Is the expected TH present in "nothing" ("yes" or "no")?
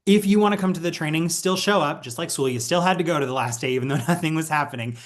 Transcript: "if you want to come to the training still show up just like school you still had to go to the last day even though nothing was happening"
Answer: yes